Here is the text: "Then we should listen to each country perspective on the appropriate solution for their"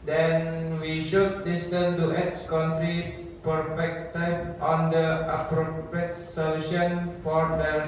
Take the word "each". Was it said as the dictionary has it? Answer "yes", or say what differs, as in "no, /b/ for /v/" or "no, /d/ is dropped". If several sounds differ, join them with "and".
no, /s/ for /tʃ/